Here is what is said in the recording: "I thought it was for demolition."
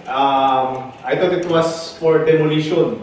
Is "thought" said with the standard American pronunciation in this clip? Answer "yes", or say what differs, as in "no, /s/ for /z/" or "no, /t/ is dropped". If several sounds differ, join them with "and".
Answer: no, /t/ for /θ/